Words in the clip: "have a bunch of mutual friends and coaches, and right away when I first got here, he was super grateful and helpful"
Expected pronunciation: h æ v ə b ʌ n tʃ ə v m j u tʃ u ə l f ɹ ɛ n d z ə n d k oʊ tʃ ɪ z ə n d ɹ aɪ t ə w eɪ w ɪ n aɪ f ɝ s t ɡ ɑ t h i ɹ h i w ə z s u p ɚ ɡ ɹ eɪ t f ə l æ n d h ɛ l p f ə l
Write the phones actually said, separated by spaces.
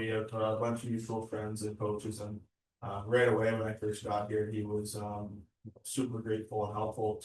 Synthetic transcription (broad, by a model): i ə b ʌ n tʃ ə v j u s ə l f ɹ ɛ n d z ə n k oʊ tʃ ɪ z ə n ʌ ɹ aɪ t ə w eɪ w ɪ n aɪ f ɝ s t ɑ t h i ɹ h i w ə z s u p ɚ ɡ ɹ eɪ t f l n h ɛ l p f l